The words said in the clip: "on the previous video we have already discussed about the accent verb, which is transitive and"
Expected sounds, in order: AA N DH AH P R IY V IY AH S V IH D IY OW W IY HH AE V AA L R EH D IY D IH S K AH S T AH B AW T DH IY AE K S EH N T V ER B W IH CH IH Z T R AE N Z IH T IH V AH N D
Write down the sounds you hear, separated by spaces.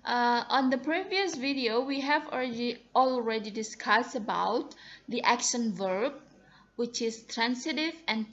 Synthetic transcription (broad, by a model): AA N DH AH P R IY V IY AH S V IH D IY OW W IY HH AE V AA L R EH D IY D IH S K AH S T AH B AW T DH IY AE K SH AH N V ER B W IH CH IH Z T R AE N S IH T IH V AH N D